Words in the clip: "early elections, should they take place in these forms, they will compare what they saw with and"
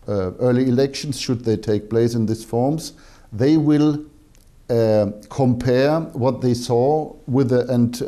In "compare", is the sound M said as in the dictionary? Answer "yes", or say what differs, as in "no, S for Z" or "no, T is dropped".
yes